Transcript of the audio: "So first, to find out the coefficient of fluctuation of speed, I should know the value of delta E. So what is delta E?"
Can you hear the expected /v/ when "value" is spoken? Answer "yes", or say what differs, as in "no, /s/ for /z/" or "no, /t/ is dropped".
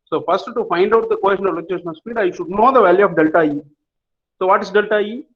yes